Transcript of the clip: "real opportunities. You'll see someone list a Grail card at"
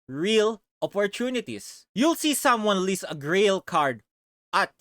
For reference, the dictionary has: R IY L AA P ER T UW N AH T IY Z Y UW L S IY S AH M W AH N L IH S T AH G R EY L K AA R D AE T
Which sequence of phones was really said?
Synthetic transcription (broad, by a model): R IY L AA P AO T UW N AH T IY S Y UW L S IY S AH M W AH N L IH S AH G R EY L K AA R D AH T